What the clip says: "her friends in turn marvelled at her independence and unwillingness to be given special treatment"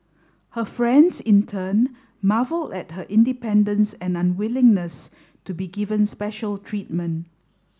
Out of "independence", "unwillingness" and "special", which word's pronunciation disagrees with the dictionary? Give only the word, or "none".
none